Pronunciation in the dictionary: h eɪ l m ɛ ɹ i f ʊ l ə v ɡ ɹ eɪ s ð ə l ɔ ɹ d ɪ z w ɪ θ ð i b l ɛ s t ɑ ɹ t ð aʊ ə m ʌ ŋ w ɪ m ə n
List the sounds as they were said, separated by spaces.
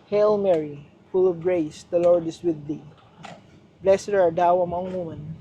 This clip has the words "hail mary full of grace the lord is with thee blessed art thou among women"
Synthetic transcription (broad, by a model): h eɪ l m ɛ ɹ i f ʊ l ə v ɡ ɹ eɪ s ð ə l ɔ ɹ d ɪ s w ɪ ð i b l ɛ s ɛ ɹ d aʊ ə m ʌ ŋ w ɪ m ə n